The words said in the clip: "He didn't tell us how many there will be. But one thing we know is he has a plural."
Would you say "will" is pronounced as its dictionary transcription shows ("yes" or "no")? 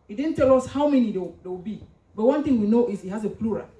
no